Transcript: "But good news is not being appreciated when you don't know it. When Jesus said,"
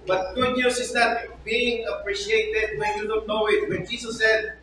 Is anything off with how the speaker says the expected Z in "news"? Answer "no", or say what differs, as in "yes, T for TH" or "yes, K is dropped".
yes, S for Z